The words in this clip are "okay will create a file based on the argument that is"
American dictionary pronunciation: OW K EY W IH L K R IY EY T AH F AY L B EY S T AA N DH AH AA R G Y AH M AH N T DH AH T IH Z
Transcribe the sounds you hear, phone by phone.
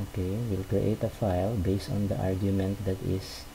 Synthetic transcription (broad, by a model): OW K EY W IH L K R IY EY T AH F AY L B EY S T AA N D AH AA R G Y AH M AH N T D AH T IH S